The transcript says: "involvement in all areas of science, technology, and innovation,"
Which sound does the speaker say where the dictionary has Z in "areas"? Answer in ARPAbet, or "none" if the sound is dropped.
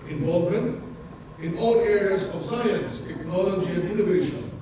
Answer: Z